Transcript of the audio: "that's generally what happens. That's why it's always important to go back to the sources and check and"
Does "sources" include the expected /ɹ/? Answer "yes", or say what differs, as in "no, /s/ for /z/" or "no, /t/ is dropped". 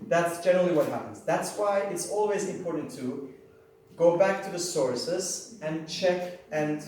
yes